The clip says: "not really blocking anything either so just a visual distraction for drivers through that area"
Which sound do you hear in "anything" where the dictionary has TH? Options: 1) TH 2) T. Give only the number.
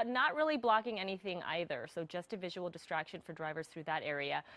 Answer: 1